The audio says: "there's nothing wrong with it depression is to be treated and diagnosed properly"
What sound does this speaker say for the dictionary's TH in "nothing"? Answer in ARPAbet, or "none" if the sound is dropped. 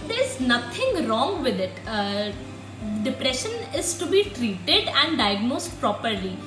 T